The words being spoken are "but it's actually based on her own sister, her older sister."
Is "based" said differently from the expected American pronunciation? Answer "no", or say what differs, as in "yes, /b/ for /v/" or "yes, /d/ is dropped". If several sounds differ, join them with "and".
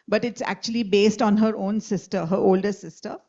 no